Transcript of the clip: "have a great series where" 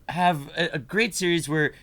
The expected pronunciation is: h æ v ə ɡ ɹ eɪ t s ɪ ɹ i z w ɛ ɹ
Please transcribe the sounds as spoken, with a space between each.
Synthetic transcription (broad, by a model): h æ v ə ɡ ɹ eɪ t s ɪ ɹ i z w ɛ ɹ